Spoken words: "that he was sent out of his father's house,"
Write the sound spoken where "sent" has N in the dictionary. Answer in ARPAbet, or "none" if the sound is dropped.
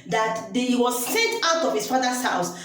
none